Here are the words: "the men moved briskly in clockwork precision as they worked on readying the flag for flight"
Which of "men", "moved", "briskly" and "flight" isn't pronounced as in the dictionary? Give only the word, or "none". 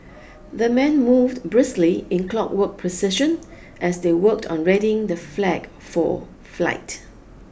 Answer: none